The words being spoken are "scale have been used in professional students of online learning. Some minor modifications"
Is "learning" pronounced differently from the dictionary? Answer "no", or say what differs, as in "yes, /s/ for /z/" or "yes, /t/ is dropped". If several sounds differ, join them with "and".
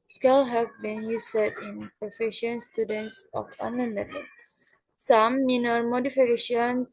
yes, /l/ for /n/